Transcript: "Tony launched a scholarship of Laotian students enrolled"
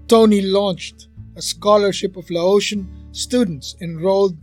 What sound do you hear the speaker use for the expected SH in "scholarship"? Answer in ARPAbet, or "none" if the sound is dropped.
SH